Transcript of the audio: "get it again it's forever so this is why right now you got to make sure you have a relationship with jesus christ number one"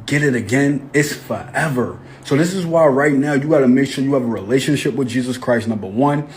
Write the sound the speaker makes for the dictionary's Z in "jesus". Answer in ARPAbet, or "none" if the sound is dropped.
Z